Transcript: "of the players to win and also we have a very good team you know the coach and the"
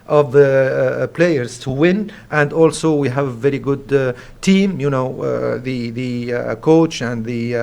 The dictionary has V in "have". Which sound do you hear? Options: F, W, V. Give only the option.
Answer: V